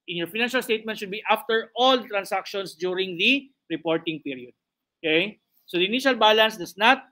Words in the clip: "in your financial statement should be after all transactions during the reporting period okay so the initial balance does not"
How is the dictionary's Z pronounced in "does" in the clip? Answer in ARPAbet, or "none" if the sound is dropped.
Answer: S